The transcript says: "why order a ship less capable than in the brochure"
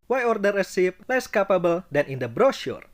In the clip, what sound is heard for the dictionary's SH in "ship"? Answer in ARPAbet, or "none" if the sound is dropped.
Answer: S